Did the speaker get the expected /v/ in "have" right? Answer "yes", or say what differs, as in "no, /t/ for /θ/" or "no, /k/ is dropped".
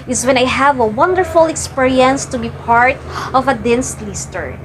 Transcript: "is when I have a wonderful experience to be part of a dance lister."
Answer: yes